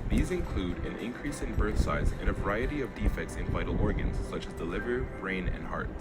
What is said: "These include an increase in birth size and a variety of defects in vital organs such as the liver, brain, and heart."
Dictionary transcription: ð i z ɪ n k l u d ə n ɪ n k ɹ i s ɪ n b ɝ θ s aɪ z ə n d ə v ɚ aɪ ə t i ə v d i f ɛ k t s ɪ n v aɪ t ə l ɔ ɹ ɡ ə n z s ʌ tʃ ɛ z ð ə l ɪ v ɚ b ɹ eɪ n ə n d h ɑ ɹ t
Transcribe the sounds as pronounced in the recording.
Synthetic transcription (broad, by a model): ð i z ɪ n k l u d ə n ɪ n k ɹ i s ɪ n b ɝ θ s aɪ z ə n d ə v ɚ aɪ ə t i ə v d i f ɛ k t s ɪ n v aɪ t l ɔ ɹ ɡ ə n z s ʌ tʃ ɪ z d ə l ɪ v ɚ b ɹ eɪ n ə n h ɑ ɹ t